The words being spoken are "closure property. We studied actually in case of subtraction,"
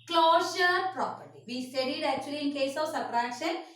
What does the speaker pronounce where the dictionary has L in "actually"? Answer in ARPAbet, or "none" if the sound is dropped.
none